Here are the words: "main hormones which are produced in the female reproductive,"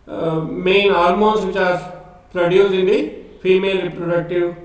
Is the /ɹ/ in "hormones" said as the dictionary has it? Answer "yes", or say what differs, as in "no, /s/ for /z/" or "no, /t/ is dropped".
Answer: no, /l/ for /ɹ/